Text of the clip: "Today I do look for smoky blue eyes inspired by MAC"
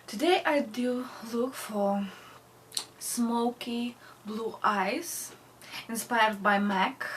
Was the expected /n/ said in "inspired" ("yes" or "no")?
yes